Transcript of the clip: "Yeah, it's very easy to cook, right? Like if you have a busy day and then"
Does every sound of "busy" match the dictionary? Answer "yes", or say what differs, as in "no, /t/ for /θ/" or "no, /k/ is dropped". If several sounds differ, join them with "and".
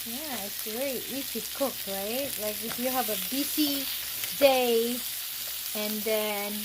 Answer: no, /s/ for /z/